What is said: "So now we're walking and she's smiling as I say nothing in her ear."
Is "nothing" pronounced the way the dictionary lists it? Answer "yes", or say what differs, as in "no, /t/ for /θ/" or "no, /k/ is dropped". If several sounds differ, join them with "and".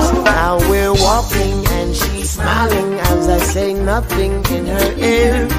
yes